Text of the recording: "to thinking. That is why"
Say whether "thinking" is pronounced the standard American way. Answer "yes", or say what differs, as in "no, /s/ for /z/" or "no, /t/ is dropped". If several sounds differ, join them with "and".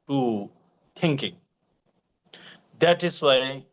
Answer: no, /t/ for /θ/